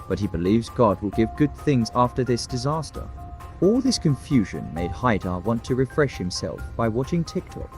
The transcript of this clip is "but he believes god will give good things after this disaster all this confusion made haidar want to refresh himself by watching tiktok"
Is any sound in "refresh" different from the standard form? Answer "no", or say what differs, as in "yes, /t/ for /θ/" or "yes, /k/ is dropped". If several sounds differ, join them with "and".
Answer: no